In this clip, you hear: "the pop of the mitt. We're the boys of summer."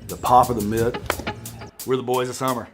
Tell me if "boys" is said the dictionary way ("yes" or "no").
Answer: yes